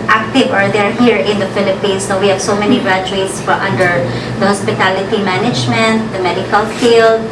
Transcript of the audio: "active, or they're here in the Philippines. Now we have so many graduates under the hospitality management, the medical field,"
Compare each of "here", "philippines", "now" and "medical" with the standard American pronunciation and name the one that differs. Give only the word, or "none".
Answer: philippines